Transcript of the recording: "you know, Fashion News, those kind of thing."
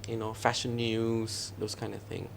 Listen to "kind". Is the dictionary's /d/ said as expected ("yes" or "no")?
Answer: yes